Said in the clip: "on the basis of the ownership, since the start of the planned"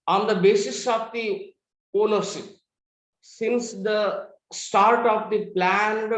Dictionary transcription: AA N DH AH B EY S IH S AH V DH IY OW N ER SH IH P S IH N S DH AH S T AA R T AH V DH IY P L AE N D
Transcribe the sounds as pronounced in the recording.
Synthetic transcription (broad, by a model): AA N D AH B EY S IH S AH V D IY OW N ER S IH S IH N S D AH S T AA R T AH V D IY P L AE N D